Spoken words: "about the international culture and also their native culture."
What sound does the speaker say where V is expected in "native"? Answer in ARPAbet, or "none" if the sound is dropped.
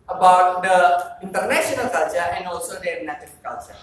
F